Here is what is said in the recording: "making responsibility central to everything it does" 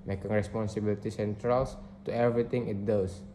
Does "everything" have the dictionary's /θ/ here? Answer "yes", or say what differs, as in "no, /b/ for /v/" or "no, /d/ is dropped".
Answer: no, /t/ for /θ/